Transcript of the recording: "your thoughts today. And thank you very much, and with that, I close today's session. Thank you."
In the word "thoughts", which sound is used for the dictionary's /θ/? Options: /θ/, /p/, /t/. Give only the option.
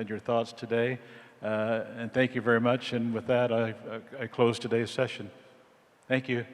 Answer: /θ/